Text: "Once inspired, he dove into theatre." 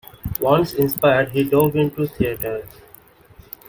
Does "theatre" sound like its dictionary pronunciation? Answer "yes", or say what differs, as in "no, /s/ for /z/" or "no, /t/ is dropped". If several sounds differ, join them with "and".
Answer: no, /t/ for /θ/